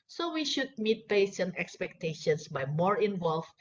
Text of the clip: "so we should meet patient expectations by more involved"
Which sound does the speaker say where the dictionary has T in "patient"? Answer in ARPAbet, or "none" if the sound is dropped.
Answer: none